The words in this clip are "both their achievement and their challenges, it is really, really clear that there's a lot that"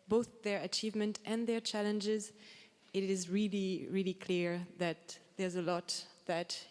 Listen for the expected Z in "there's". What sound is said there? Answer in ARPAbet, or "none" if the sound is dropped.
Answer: Z